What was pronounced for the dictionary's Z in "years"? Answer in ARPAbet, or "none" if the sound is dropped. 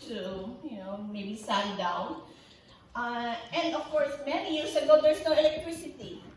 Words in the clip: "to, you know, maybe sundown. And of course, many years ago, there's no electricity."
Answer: S